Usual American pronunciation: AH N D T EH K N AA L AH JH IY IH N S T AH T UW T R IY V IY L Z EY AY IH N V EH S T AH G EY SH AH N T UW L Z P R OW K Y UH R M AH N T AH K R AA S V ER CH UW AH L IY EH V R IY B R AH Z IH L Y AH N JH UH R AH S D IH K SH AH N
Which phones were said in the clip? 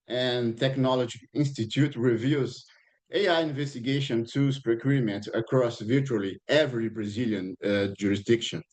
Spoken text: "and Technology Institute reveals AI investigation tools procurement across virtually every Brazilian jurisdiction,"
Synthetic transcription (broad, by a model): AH N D T EH K N AA L AH JH IY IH N S T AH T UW T R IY V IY Z EY AY IH N V EH S T AH G EY SH AH N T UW Z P R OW K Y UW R M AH N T AH K R AA S V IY CH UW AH L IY EH V R IY B R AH Z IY L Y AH N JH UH R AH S D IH K SH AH N